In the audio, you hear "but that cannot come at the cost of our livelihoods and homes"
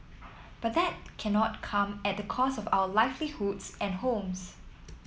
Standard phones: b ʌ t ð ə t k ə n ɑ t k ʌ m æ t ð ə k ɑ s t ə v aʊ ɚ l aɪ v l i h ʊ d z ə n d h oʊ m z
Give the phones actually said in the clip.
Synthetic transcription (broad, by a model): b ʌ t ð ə t k ə n ɑ t k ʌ m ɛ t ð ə k ɑ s ə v aʊ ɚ l aɪ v l i h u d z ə n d h oʊ m s